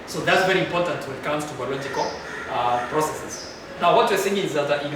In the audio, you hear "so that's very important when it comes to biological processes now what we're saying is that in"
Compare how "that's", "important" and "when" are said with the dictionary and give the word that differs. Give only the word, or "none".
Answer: when